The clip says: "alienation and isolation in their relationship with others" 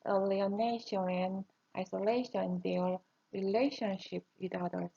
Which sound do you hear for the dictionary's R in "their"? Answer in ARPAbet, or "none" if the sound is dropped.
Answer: L